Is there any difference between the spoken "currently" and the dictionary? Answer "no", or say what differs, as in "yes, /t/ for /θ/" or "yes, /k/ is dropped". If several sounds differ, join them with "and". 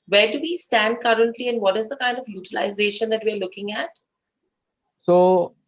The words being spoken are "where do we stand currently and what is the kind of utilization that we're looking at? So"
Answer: no